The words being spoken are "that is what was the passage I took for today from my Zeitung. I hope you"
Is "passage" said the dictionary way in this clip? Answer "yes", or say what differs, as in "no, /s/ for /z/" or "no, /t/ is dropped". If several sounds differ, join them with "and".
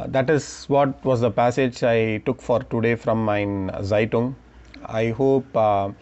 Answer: yes